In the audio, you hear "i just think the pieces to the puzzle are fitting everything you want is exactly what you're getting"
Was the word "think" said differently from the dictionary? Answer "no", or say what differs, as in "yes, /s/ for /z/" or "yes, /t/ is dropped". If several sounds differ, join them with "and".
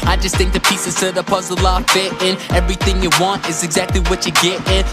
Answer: no